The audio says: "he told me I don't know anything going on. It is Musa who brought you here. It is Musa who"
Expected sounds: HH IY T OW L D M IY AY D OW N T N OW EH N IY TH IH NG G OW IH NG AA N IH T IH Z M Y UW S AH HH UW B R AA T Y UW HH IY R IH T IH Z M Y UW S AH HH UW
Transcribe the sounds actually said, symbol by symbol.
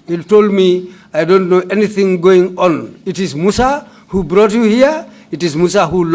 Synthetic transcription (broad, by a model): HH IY T OW L D M IY AY D OW N T N OW EH N IY TH IH NG G OW IH NG AA N IH T IH Z M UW S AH HH UW B R AA T Y UW HH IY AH IH T IH Z M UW S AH HH UW